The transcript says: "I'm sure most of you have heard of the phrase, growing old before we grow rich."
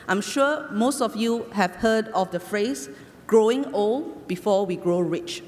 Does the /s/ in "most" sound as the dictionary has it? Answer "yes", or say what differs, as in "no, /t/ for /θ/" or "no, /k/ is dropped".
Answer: yes